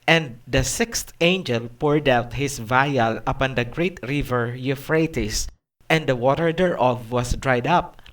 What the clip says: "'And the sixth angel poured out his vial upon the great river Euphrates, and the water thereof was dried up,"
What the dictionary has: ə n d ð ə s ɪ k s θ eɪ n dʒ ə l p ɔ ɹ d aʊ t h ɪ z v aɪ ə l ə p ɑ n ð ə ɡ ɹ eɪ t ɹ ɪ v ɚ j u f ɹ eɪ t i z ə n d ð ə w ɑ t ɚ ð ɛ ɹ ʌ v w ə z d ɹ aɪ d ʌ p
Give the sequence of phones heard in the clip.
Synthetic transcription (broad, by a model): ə n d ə s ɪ k s t eɪ n dʒ ə l p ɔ ɹ d aʊ t h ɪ s v aɪ ə l ə p ɑ n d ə ɡ ɹ eɪ t ɹ ɪ v ɚ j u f ɹ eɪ t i s ə n d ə w ɑ t ɚ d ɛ ɹ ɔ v w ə s d ɹ aɪ d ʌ p